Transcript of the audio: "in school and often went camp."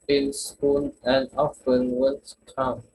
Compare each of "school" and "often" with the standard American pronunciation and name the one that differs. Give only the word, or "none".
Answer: school